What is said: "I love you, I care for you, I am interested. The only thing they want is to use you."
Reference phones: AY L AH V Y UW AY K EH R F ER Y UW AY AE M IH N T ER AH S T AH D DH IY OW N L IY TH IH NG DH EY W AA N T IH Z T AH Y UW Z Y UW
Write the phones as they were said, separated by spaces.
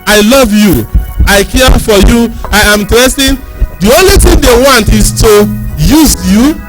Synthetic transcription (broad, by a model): AY L AH V Y UW AY K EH F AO Y UW AY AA M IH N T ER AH S T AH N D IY OW N L IY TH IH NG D EY W AA N T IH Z T AH Y UW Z Y UW